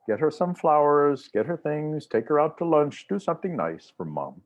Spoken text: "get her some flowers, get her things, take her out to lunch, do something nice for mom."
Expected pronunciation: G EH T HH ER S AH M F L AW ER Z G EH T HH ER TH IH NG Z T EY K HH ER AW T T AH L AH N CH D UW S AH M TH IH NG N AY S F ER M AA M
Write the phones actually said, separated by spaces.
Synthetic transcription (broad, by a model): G EH T HH ER S AH M F L AW ER Z G EH T HH ER TH IH NG Z T EY K HH ER AW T T AH L AH N CH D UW S AH M TH IH NG N AY S F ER M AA M